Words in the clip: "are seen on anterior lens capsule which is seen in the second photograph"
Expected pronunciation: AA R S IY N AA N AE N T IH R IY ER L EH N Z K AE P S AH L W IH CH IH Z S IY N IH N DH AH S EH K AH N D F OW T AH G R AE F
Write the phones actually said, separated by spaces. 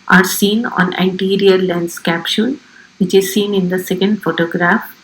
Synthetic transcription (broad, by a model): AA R S IY N AA N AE N T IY R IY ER L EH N S K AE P SH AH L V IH CH IH Z S IY N IH N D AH S EH K AH N D F OW T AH G R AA F